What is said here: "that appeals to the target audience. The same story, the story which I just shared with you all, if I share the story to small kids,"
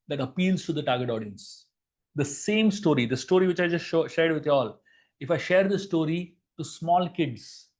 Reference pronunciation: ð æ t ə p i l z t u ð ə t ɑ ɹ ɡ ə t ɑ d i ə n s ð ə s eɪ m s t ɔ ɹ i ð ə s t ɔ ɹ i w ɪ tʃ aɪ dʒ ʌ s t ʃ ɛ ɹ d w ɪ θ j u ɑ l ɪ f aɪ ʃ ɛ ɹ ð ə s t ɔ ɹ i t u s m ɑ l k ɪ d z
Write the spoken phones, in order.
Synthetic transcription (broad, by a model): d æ t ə p i l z t u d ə t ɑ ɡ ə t ɑ d i ə n s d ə s eɪ m s t ɔ ɹ i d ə s t ɔ ɹ i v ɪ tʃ aɪ dʒ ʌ s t ʃ ɛ ɹ d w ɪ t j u ɑ l ɪ f aɪ ʃ ɛ ɹ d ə s t ɔ ɹ i t u s m ɑ l k ɪ d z